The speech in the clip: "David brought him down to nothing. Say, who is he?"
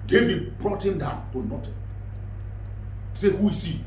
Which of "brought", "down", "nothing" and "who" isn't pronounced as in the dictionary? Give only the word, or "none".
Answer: nothing